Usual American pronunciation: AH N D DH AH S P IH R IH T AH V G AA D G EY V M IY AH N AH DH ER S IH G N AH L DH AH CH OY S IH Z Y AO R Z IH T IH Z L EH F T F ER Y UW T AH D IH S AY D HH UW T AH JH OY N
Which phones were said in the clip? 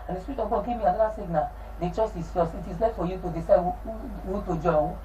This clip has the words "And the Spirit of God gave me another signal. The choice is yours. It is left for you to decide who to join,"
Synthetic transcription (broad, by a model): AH N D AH S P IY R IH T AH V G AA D G EY V M IY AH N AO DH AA S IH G N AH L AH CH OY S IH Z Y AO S IH T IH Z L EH T F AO Y UW T AH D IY S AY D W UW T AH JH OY